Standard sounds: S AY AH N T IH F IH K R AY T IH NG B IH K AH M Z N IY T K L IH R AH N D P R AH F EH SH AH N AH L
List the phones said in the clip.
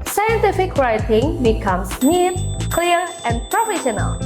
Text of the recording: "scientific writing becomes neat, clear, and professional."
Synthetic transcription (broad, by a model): S AY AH N T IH F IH K R AY T IH NG B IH K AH M S N IY T K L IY R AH N P R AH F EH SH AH N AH L